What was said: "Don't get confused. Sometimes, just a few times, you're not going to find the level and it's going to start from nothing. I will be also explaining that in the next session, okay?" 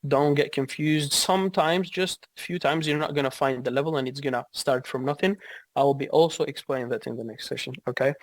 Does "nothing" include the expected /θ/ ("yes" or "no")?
yes